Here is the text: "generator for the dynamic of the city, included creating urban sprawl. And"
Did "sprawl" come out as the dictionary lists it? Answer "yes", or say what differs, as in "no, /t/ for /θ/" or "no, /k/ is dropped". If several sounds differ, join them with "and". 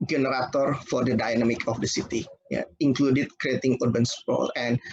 no, /ɹ/ is dropped